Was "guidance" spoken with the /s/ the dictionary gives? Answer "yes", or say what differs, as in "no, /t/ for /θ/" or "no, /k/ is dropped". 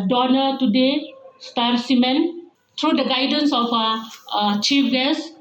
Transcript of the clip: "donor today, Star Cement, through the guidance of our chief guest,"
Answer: yes